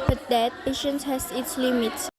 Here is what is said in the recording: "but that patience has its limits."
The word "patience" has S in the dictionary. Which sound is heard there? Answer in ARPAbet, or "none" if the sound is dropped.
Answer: S